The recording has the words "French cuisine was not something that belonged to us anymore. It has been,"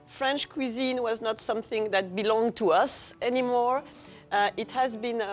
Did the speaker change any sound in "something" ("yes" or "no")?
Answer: no